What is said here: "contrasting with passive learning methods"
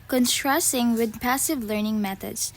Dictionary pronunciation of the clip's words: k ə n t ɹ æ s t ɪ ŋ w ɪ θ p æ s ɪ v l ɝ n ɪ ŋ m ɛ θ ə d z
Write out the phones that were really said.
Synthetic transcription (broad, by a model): k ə n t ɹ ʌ s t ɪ ŋ w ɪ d p æ s ɪ v l ɝ n ɪ ŋ m ɛ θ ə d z